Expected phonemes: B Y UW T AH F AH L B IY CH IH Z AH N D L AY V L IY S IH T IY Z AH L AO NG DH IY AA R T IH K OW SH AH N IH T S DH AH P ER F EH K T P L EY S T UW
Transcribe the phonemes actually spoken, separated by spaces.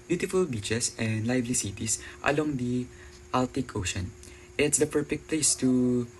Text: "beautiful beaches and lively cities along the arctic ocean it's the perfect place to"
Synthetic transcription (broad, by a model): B Y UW T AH F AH L B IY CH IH S AH N D L AY V L IY S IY T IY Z AH L AO NG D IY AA L T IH K OW SH AH N IH T S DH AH P ER F EH K T P L EY S T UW